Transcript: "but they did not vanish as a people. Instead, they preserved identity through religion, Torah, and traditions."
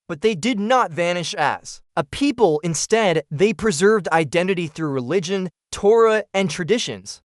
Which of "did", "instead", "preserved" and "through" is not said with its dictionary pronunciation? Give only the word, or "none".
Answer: none